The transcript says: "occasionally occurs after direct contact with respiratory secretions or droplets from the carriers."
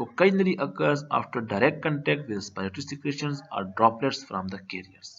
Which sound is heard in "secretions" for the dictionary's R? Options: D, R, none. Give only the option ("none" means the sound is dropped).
none